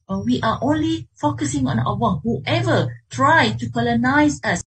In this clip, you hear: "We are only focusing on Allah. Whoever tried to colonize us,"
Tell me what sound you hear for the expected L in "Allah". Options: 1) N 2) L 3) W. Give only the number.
3